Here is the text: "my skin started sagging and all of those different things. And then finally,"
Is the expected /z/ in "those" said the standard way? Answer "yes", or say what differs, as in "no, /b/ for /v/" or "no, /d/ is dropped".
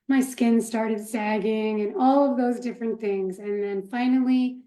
yes